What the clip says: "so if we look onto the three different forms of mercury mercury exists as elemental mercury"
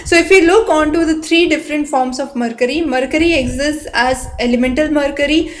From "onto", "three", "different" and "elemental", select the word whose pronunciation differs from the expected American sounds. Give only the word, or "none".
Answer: three